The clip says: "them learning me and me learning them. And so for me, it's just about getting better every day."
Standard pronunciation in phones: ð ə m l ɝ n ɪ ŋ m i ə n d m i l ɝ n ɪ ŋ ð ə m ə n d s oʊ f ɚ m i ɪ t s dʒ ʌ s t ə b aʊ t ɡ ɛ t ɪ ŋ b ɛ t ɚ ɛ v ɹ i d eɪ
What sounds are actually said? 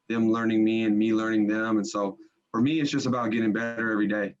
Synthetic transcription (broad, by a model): ð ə m l ɝ n ɪ ŋ m i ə n m i l ɝ n ɪ ŋ ð ə m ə n s oʊ f ɚ m i ɪ t s dʒ ʌ s t ə b aʊ t ɡ ɛ t ɪ ŋ b ɛ t ɚ ɛ v ɹ i d eɪ